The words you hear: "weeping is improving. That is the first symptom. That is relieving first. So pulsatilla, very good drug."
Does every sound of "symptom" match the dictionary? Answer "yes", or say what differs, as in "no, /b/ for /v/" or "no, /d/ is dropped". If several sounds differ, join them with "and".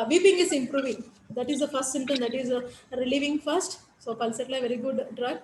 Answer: no, /p/ is dropped